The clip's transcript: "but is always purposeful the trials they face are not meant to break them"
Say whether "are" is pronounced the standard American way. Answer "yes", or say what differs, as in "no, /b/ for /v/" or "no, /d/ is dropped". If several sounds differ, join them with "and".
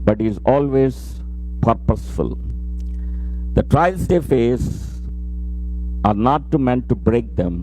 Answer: yes